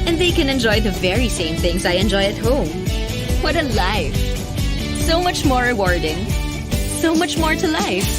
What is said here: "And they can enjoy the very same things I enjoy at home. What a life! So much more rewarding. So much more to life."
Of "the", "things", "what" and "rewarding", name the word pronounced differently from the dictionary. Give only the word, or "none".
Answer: none